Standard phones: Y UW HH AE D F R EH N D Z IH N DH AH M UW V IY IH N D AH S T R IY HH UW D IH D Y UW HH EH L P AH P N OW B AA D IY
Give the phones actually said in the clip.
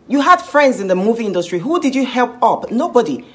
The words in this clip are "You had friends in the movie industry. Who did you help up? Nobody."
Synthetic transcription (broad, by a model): Y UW HH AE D F R EH N D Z IH N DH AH M UW V IY IH N D AH S T R IY HH UW D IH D Y UW HH EH L P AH P N OW B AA D IY